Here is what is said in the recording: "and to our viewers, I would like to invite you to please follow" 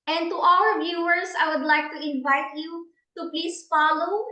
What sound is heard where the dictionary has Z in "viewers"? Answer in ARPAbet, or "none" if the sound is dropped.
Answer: S